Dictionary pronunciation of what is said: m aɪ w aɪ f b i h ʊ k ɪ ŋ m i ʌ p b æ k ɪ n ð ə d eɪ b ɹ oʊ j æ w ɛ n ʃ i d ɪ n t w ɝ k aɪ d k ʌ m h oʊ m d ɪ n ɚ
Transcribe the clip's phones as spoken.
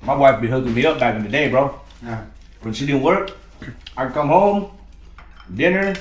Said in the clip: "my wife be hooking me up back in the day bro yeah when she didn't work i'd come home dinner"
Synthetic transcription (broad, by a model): m aɪ w aɪ f b i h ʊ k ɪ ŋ m i ʌ p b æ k ɪ n ð ə d eɪ b ɹ oʊ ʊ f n s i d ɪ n w ɝ k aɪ k ʌ m h oʊ m d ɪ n ɚ